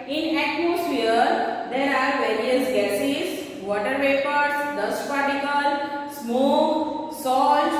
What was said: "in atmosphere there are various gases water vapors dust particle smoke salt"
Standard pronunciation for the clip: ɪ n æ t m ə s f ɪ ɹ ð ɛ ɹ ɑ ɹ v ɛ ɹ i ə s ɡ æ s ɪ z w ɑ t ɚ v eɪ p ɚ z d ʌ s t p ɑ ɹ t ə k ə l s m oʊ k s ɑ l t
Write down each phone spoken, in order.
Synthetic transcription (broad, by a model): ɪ n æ t m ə s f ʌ ɹ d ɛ ɹ ɑ ɹ v ɛ ɹ i ə s ɡ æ s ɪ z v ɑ t ɚ p eɪ p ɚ s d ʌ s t p ɑ ɹ t ə k ə l s m oʊ k s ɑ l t